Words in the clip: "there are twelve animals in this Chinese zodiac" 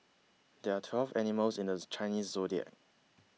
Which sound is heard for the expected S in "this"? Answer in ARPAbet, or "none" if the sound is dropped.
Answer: none